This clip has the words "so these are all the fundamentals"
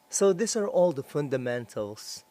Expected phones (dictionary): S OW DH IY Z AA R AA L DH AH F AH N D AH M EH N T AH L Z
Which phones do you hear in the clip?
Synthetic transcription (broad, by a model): S OW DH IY S AA R AA L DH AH F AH N D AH M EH N T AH L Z